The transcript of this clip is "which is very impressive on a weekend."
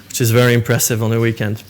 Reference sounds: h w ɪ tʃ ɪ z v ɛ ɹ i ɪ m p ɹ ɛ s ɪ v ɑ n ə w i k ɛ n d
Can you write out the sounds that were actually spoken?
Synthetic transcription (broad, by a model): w w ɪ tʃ ɪ z v ɛ ɹ i ɪ m p ɹ ɛ s ɪ v n ə w i k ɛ n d